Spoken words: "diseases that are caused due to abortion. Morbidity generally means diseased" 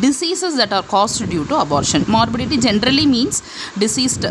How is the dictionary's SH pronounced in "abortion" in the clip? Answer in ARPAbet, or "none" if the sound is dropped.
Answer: SH